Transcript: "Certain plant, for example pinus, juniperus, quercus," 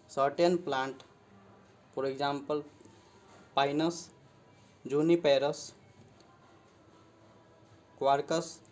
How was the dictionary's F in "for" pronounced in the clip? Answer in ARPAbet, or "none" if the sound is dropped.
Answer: P